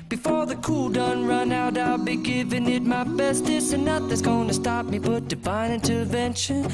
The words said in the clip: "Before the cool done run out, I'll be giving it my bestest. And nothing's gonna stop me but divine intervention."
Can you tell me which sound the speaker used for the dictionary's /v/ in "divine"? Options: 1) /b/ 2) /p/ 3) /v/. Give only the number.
1